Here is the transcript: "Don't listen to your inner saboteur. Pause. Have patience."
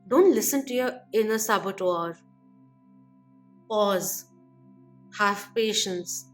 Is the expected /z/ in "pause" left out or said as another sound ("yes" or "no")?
no